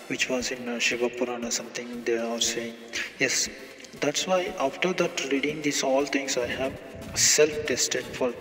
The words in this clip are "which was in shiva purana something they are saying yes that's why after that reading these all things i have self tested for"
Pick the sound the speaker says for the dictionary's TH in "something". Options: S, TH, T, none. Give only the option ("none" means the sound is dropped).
T